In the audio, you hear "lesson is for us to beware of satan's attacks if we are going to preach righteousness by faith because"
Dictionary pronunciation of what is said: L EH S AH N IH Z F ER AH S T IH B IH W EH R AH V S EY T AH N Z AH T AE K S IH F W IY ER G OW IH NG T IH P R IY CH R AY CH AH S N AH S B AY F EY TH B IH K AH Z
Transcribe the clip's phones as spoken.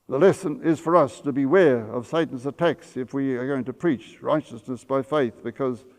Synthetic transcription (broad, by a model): L EH S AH N IH Z F ER AH S T IH B IH W EH R AH V S EY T N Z AH T AE K S IH F W IY ER G OW IH NG T IH P R IY CH R AY CH AH S N AH S B AY F EY TH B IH K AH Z